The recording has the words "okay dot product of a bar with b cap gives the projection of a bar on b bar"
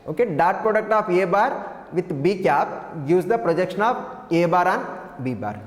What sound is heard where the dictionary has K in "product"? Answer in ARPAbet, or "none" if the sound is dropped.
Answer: K